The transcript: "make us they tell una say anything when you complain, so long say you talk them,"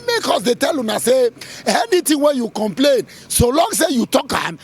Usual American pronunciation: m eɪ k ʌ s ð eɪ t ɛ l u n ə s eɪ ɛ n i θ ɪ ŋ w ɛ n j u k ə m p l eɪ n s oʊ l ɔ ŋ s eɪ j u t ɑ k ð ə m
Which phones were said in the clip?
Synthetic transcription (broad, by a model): m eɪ k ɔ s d eɪ t ɛ l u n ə s eɪ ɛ n i t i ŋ w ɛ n j u k ə m p l eɪ n s oʊ l ɔ ŋ s eɪ j u t ɑ k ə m